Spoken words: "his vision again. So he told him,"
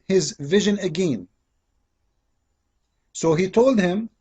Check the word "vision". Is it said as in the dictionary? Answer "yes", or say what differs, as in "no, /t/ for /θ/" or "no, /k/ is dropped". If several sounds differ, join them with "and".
yes